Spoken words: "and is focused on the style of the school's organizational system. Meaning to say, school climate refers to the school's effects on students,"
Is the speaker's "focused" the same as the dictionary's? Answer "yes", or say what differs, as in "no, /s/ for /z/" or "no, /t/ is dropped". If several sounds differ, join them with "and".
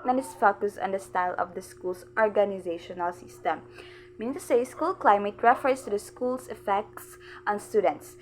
no, /t/ is dropped